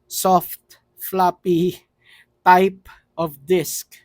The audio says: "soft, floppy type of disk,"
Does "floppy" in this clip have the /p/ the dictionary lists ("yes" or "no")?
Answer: yes